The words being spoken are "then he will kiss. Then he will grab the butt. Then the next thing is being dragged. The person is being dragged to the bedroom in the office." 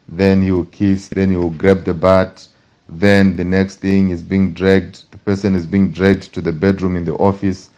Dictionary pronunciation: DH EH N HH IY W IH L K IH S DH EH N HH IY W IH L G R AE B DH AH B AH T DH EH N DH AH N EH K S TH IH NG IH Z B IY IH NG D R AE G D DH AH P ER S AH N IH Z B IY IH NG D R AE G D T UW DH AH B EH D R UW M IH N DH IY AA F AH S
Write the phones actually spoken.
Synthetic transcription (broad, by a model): DH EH N HH IY W IH L K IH S DH EH N HH IY W IH L G R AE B DH AH B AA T DH EH N DH AH N EH K S TH IH NG IH Z B IY IH NG D R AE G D DH AH P ER S AH N IH Z B IY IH NG D R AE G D T UW DH AH B EH D R UW M IH N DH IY AA F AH S